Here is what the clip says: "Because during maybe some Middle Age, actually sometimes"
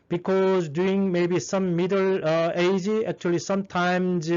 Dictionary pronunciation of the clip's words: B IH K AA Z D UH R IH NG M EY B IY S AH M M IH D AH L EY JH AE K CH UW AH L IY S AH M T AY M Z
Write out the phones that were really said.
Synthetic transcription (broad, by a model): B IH K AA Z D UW IH NG M EY B IY S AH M M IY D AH L EY JH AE K CH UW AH L IY S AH M T AY M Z